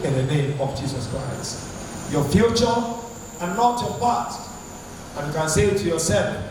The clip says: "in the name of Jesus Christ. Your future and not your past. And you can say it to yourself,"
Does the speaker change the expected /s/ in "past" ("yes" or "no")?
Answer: yes